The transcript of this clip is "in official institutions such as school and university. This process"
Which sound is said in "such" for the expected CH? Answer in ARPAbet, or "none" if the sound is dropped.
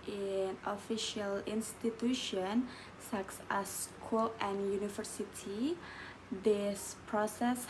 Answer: S